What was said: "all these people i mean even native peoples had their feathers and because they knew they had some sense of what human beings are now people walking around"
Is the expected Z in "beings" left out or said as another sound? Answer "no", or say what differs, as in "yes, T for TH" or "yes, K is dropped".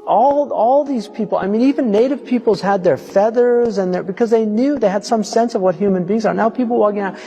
no